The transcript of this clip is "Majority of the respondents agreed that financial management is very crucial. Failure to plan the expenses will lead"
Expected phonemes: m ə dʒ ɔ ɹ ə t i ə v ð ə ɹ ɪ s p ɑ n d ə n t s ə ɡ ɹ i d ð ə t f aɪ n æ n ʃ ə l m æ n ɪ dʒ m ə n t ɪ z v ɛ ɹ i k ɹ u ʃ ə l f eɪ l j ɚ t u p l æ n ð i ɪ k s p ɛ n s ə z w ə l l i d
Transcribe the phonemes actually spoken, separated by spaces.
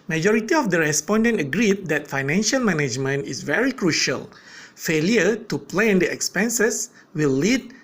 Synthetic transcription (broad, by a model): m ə dʒ ɔ ɹ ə t i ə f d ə ɹ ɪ s p ɑ n d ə n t ə ɡ ɹ i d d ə t f aɪ n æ n ʃ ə l m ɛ n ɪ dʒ m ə n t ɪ s v ɛ ɹ i k ɹ u ʃ ə l f eɪ l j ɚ t u p l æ n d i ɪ k s p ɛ n s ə s w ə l l i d